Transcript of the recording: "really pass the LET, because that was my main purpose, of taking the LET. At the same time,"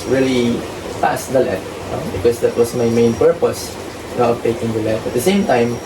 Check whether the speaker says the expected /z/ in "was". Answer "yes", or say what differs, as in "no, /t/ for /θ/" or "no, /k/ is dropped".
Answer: no, /s/ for /z/